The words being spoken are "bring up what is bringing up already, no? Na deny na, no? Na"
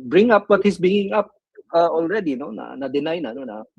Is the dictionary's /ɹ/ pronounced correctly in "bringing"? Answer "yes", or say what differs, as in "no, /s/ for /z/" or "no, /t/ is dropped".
no, /ɹ/ is dropped